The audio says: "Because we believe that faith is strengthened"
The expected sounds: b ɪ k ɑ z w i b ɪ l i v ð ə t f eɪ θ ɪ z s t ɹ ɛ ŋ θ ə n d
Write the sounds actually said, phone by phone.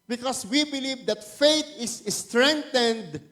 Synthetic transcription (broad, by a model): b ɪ k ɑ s w i b ɪ l i v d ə t f eɪ t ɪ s s t ɹ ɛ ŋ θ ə n d